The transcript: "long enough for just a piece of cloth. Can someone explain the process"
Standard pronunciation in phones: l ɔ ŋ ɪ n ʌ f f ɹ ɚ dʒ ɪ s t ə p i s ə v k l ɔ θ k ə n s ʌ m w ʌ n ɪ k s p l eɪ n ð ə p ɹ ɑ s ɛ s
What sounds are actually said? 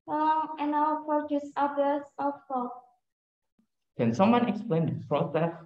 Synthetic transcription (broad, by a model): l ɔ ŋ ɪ n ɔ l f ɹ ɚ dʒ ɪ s ə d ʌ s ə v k ɔ k ə n s ʌ m w ʌ n ɪ k s p l eɪ n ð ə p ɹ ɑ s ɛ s